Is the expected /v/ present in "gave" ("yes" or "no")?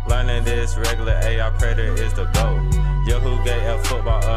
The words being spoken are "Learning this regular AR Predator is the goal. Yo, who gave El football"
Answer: no